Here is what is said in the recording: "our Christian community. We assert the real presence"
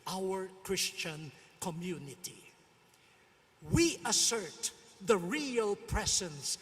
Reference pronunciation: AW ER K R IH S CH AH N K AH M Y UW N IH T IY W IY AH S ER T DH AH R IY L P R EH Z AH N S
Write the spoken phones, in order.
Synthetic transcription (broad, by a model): AW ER K R IH S CH AH N K AH M Y UW N IH T IY W IY AH S ER T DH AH R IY L P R EH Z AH N S